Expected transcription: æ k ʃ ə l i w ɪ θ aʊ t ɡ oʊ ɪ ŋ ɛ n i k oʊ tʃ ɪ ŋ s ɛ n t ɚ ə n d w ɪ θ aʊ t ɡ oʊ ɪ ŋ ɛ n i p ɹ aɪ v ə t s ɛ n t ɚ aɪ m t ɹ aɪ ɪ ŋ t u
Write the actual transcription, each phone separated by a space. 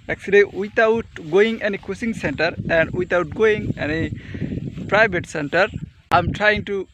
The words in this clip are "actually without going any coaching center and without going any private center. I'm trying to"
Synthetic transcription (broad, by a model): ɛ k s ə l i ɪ t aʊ t ɡ oʊ ɪ ŋ ɛ n i k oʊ s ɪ ŋ s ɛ n t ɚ ə n d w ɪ t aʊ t ɡ oʊ ɪ ŋ ɛ n i p ɹ aɪ b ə t s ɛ n t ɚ aɪ m t ɹ aɪ ɪ ŋ t u